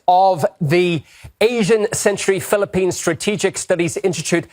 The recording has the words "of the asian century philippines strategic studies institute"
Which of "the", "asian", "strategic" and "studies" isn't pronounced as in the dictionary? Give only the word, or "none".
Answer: none